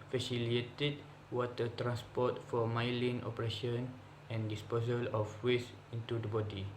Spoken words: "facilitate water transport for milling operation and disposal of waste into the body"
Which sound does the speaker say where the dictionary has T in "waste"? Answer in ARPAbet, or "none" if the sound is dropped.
none